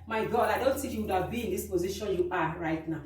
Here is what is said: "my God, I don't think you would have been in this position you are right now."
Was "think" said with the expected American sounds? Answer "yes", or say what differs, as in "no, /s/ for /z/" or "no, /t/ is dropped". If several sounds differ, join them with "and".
no, /t/ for /θ/